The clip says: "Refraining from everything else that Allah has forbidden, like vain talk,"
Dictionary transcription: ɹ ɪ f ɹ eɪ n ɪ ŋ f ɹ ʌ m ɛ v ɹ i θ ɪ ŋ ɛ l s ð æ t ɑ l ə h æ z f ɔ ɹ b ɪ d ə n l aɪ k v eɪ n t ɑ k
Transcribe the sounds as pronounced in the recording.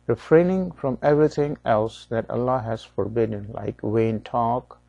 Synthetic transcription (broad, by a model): ɹ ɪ f ɹ eɪ n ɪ ŋ f ɹ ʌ m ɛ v ɹ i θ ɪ ŋ ɛ l s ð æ t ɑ l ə h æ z f ɔ ɹ b ɪ d ə n l aɪ k w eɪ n t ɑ k